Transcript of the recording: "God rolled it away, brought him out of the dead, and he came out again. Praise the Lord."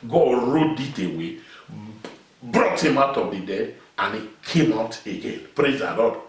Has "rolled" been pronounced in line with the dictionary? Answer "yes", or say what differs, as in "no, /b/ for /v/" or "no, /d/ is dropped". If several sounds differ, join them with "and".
no, /l/ is dropped